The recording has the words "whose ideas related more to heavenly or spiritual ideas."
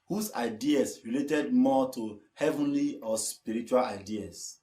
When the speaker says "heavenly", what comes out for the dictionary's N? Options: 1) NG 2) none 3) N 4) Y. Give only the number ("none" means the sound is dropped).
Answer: 3